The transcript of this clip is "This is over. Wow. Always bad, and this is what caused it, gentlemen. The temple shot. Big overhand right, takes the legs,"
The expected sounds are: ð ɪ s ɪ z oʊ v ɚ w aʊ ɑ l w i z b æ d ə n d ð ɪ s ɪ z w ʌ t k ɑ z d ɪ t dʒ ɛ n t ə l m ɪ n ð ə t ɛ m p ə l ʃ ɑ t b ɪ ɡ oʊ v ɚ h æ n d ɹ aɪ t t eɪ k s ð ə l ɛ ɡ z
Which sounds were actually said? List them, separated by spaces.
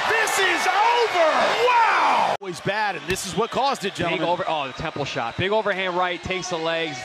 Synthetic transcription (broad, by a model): ð ɪ s ɪ z oʊ v ɚ w aʊ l w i z b æ d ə n ð ɪ s ɪ z w ʌ t k ɑ z d ɪ t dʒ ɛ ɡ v ə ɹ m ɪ ð ə t ɛ m p l ʃ ɑ t b ɪ ɡ oʊ v ɚ h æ n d ɹ aɪ t t eɪ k s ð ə l ɛ ɡ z